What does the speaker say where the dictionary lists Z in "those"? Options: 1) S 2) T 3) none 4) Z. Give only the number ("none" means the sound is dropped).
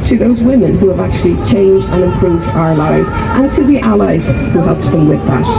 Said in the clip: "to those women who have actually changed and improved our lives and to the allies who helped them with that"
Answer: 4